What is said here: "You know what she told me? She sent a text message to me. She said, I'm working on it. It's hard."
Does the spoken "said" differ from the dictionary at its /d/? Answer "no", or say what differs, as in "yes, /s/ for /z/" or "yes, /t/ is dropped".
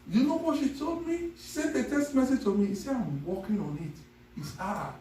yes, /d/ is dropped